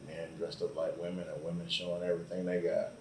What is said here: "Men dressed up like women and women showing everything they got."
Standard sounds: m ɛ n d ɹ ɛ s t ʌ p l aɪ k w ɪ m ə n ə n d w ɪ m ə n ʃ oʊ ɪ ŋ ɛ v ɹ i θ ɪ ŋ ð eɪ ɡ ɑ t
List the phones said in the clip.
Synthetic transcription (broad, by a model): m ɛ n d ɹ ɛ s t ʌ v l aɪ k w ɪ m ə n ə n w ɪ m ə n ʃ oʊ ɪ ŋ ɛ v ɹ i θ ɪ ŋ ð eɪ ɡ ɑ t